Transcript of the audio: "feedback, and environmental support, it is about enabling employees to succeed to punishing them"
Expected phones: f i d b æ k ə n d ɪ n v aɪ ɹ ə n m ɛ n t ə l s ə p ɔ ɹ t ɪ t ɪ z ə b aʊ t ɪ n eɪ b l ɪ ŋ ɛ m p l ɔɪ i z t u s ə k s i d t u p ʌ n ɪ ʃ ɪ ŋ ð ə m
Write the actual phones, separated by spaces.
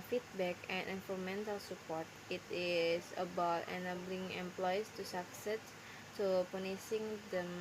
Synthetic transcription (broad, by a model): f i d b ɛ k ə n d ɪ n f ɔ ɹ m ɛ n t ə l s ə p ɔ ɹ t ɪ t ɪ s ə b aʊ t ɪ n eɪ b l ɪ ŋ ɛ m p l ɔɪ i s t u s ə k s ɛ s t u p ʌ n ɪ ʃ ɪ ŋ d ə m